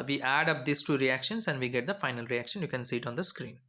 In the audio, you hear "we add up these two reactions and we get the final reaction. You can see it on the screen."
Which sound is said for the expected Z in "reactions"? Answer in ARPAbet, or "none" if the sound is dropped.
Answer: S